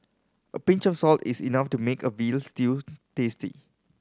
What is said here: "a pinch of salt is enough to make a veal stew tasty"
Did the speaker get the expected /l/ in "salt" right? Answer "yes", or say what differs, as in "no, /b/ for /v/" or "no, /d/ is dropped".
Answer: yes